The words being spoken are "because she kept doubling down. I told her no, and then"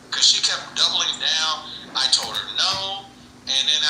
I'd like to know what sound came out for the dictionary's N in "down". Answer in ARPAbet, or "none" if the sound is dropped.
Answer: none